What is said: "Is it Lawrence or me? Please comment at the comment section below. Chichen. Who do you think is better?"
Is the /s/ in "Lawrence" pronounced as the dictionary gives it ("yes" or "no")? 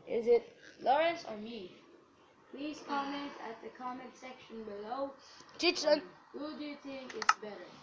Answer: yes